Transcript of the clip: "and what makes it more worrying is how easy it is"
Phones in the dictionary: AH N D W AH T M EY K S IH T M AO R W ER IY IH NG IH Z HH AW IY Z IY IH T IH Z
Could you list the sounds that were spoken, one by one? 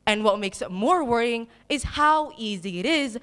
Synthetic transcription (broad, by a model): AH N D W AH T M EY K S IH T M AO R W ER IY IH NG IH Z HH AW IY Z IY IH T IH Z